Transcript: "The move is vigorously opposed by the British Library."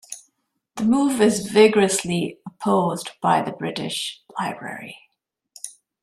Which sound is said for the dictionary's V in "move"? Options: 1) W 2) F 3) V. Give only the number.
3